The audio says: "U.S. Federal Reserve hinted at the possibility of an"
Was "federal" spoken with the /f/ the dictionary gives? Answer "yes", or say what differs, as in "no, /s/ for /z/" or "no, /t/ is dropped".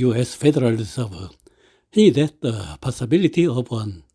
yes